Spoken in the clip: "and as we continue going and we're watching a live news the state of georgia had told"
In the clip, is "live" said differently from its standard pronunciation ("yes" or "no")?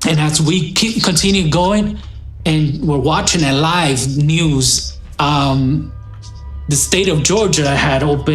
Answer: no